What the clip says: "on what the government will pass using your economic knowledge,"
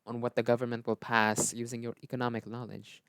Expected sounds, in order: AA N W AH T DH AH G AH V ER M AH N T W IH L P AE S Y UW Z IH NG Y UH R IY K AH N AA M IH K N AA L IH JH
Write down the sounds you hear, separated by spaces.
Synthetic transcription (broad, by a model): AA N W AH T DH AH G AH V ER M AH N T W IH L P AE S Y UW Z IH NG Y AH R IY K AH N AA M IH K N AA L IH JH